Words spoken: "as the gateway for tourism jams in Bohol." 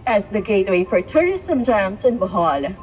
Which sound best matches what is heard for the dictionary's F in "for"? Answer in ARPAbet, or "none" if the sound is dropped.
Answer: F